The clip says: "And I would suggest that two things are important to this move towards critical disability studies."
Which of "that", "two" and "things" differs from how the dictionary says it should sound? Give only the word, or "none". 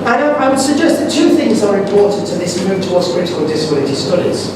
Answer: none